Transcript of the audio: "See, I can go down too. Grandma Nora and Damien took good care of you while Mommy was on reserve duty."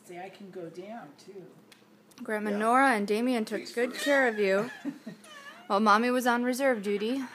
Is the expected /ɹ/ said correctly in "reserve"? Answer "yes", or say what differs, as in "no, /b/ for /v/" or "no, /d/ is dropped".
yes